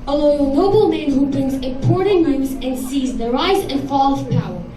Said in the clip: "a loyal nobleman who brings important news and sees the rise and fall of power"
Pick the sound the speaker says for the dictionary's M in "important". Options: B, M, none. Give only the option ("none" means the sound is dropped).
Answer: none